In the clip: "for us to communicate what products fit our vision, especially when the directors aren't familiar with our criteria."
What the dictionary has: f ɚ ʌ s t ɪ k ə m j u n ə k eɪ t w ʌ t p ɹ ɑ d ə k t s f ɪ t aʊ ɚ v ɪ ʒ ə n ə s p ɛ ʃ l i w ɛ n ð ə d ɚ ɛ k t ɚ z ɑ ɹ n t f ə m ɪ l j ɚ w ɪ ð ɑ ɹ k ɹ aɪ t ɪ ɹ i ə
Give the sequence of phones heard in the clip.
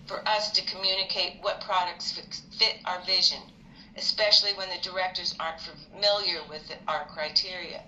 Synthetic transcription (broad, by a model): f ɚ ʌ s t ɪ k ə m j u n ə k eɪ t w ʌ t p ɹ ɑ d ə k t s f ɪ t aʊ ɚ v ɪ ʒ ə n ə s p ɛ ʃ l i w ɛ n ð ə d ɚ ɛ k t ɚ z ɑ ɹ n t f ə m ɪ l j ɚ w ɪ ð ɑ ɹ k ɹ aɪ t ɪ ɹ i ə